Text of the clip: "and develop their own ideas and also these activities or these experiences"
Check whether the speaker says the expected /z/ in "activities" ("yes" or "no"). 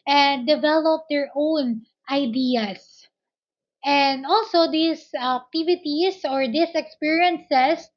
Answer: no